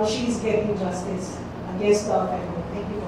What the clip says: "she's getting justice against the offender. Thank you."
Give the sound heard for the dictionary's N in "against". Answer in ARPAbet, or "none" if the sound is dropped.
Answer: none